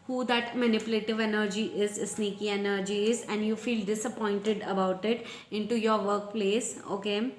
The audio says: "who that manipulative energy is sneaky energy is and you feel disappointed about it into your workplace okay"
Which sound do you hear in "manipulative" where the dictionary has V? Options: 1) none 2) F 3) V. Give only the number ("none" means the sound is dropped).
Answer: 3